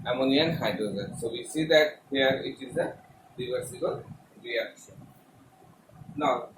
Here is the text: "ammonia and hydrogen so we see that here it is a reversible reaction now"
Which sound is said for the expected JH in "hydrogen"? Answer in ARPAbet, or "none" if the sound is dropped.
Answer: Z